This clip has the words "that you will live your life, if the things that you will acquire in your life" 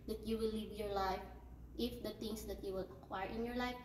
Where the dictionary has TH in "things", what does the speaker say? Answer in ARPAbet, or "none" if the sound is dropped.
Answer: T